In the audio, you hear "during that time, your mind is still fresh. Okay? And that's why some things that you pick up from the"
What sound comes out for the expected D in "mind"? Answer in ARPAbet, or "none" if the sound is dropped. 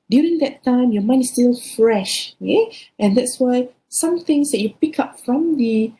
none